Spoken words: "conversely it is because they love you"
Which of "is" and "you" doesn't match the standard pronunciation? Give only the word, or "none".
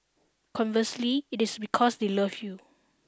is